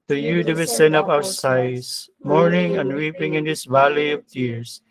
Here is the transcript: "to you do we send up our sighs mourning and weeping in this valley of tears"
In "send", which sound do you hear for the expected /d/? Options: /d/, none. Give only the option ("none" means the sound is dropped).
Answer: none